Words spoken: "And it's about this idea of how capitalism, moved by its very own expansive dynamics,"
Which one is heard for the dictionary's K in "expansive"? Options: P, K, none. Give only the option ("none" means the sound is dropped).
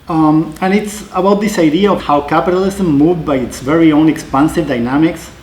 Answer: K